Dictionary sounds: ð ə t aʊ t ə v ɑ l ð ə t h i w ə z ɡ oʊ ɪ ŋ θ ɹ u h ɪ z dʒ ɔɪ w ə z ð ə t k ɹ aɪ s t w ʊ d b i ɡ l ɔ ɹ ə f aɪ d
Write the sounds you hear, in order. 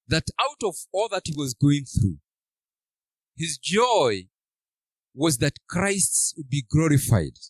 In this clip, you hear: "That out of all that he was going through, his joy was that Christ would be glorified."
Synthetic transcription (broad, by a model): ð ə t aʊ t ə v ɑ l ð ə t h i w ə z ɡ oʊ ɪ ŋ θ ɹ u h ɪ z dʒ ɔɪ w ə z ð ə t k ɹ aɪ s t w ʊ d b i ɡ l ɔ ɹ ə f aɪ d